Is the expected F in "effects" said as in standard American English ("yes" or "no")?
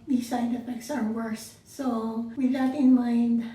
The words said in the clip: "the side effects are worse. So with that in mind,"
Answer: no